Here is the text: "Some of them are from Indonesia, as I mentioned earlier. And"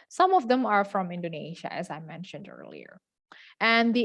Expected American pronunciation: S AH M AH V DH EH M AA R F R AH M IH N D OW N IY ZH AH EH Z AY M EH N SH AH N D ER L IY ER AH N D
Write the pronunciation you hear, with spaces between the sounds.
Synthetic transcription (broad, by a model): S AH M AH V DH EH M AA R F R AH M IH N D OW N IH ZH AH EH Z AY M EH N SH AH N D ER L IY ER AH N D